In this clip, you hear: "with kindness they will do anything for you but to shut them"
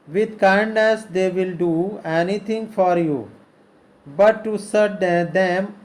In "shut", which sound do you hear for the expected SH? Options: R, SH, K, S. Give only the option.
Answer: S